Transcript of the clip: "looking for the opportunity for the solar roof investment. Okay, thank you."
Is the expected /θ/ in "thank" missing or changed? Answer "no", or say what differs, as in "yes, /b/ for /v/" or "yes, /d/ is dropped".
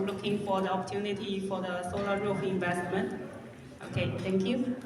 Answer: yes, /t/ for /θ/